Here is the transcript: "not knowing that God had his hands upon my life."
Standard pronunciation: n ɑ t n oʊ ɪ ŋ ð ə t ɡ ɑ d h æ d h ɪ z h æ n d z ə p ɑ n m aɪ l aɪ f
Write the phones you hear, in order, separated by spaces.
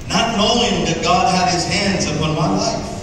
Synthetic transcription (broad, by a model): n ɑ t n oʊ ɪ ŋ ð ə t ɡ ɑ d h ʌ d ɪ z h æ n d z ə p ɑ n m aɪ l aɪ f